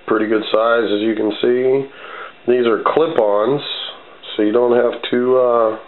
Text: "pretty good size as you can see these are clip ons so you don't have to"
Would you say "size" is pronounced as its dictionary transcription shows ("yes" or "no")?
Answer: yes